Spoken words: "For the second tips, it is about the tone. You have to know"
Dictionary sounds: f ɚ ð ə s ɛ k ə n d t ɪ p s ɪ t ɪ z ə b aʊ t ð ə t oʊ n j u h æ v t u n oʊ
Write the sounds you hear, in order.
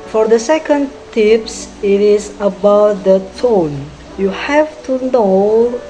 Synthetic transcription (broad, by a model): f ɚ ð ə s ɛ k ə n d t ɪ p s ɪ t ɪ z ə b aʊ t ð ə t oʊ n j u h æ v t u n oʊ